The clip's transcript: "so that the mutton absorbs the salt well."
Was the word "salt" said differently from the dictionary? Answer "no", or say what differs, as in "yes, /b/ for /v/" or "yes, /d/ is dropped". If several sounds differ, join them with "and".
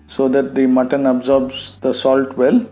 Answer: no